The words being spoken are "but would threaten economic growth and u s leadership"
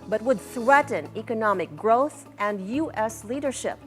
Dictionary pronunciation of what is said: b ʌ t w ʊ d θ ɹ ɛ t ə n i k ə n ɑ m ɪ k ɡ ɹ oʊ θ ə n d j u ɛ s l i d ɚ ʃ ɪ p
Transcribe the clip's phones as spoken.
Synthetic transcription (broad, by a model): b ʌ t w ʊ d θ ɹ ɛ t n i k ə n ɑ m ɪ k ɡ ɹ oʊ θ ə n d j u ɛ s l i d ɚ ʃ ɪ p